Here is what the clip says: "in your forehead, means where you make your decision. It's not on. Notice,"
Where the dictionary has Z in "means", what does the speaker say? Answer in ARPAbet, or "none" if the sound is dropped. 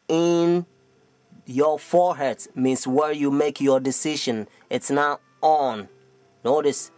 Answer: S